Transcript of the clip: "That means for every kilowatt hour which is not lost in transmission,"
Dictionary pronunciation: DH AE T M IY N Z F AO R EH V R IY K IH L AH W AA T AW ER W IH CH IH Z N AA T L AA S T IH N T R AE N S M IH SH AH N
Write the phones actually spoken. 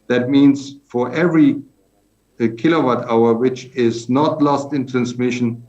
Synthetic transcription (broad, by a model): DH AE T M IY N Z F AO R EH V R IY K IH L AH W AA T AW ER W IH CH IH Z N AA T L AA S T IH N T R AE N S M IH SH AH N